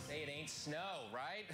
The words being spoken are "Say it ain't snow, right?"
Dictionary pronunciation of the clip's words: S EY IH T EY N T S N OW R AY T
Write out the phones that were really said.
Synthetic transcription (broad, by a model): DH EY IH T EY N T S N OW R AY T